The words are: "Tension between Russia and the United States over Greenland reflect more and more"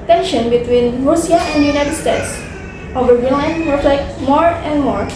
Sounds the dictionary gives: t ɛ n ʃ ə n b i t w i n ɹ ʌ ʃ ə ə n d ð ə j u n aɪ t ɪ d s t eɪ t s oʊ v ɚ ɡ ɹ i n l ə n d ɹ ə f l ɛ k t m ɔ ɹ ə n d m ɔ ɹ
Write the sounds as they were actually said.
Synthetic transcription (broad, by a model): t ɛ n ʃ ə n b i t w i n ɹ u s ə ə n d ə j u n aɪ t ɪ d s t eɪ t s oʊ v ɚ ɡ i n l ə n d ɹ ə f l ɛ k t m ɔ ɹ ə n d m ɔ ɹ